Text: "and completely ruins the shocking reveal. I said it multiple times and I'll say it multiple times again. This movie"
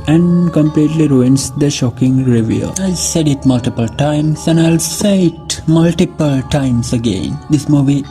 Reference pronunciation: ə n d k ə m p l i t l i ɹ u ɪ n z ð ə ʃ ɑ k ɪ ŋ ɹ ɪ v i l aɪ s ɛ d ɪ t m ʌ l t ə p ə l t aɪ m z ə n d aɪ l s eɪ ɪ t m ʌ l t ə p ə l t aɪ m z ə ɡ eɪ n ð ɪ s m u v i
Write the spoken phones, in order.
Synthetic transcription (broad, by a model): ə n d k ə m p l i t l i ɹ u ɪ n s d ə ʃ ɑ k ɪ ŋ ɹ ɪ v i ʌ aɪ s ɛ d ɪ t m ʌ l t ə p ə l t aɪ m s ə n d aɪ l s eɪ ɪ t m ʌ l t ə p ə l t aɪ m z ə ɡ eɪ n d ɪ s m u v i